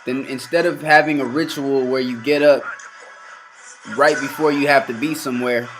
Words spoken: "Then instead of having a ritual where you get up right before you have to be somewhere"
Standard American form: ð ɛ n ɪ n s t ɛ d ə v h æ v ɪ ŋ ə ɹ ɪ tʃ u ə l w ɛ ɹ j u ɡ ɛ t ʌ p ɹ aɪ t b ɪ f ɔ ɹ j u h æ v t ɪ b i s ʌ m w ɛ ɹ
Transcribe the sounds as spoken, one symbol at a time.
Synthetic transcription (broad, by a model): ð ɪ n ɪ n s t ɛ d ə v h æ v ɪ ŋ ə ɹ ɪ tʃ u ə l w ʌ ɹ j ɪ ɡ ɛ t ʌ p ɹ aɪ t b ɪ f ɔ ɹ j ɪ h æ f t ɪ b i s ʌ m w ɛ ɹ